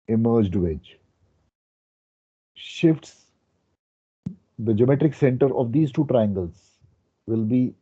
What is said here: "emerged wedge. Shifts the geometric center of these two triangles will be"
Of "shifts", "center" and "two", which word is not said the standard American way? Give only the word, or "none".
none